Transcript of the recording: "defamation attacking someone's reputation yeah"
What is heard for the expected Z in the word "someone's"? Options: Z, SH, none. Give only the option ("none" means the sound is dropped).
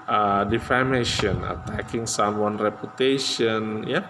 none